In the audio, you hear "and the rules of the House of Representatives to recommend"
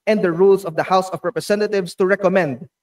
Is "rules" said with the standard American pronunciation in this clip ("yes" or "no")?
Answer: no